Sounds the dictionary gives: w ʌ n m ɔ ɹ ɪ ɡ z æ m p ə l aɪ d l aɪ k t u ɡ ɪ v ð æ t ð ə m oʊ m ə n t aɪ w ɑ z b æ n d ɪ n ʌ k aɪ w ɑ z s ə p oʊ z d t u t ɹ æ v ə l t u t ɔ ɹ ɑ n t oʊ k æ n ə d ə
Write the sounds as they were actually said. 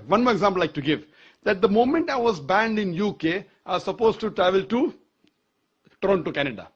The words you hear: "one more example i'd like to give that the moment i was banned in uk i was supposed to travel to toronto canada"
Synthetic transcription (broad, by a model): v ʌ n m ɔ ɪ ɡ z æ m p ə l l aɪ k t u ɡ ɪ v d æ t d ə m oʊ m ə n t aɪ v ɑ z b æ n d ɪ n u k aɪ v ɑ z s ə p oʊ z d t u t ɹ æ v ə l t u t ɹ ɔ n t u k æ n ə d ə